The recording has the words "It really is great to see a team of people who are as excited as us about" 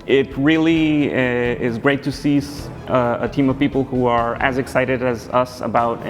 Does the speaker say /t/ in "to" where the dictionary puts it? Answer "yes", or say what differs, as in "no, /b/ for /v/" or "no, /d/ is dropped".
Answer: no, /s/ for /t/